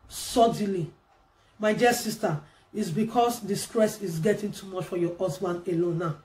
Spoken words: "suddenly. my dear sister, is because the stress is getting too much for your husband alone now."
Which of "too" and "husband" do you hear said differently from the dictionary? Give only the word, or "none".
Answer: husband